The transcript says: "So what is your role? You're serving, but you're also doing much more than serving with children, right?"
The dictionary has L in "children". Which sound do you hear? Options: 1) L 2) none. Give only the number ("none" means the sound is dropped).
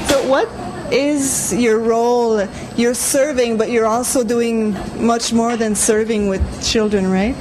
1